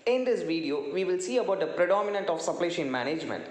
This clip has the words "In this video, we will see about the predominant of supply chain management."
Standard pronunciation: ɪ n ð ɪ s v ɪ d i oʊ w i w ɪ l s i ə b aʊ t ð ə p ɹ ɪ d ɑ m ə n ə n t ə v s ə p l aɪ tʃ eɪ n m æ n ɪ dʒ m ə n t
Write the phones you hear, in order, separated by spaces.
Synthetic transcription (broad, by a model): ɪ n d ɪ s v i d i oʊ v i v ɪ l s i ə b aʊ t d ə p ɹ ɪ d ɑ m ə n ə n t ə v s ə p l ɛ ʃ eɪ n m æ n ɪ dʒ m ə n t